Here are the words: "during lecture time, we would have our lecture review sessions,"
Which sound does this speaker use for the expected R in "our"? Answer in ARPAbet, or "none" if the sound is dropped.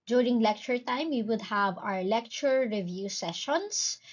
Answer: R